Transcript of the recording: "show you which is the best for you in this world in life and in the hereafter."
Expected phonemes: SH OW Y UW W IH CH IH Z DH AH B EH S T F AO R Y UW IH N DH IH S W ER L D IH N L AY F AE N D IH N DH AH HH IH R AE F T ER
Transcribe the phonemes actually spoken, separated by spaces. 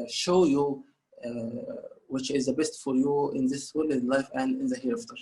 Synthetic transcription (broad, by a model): SH OW Y UW W IH CH IH Z DH AH B EH S T F AO R Y UW IH N DH IH S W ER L IH N L AY F AE N D IH N DH AH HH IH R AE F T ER